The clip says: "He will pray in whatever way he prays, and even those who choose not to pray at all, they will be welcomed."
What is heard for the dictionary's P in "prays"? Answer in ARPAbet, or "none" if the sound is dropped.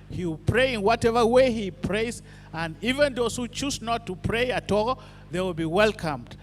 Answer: P